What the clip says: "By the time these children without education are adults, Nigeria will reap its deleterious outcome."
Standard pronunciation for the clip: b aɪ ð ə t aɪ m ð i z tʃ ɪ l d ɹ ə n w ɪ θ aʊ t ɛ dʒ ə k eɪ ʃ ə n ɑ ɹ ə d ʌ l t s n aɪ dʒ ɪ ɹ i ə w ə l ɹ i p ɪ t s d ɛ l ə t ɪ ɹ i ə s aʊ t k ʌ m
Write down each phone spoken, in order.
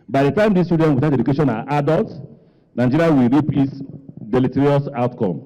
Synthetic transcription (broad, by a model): b aɪ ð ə t aɪ m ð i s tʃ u d ə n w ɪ t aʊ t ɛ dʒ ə k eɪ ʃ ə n ɑ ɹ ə d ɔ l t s n aɪ dʒ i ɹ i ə w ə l ɹ i p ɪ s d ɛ l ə t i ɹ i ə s aʊ t k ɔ m